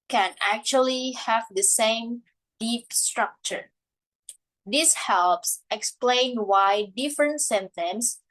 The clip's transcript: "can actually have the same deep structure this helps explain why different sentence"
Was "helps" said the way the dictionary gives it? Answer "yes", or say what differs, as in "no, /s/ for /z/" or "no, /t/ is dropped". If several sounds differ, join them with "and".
yes